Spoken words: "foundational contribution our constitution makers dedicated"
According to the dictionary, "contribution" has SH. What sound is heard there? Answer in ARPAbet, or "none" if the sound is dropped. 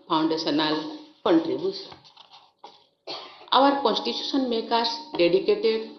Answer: S